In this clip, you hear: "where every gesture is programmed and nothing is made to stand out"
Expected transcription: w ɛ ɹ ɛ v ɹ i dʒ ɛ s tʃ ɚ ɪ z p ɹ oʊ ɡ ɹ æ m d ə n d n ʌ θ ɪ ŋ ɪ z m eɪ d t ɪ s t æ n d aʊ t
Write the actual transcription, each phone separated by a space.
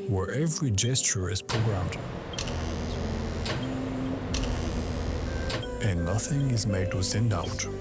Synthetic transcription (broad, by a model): w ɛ ɹ ɛ v ɹ i dʒ ɛ s tʃ ɚ ɪ z p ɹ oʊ ɡ ɹ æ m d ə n n ʌ θ ɪ ŋ ɪ z m eɪ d t ɪ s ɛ n d aʊ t